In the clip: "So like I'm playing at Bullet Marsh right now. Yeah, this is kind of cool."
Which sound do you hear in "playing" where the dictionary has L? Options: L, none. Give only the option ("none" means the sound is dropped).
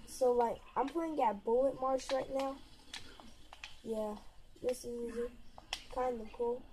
none